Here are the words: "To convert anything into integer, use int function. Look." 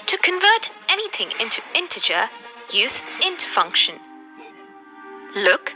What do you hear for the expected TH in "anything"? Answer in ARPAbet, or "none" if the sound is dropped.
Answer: TH